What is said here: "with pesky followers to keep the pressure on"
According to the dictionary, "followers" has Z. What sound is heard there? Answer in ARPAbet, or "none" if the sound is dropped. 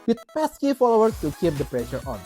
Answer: none